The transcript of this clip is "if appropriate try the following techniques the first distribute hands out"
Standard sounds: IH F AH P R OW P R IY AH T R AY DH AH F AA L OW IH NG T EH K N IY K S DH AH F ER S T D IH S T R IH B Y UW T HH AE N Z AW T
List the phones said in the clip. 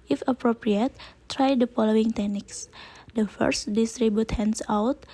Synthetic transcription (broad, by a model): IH F AH P R OW P R IY AH T R AY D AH F AA L OW IH NG T EH K N IY K S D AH F ER S T D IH S T R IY B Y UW T HH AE N S AW T